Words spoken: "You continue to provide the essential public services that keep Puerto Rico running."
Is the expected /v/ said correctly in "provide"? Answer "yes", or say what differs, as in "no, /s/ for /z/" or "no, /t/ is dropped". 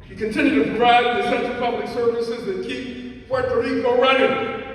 no, /v/ is dropped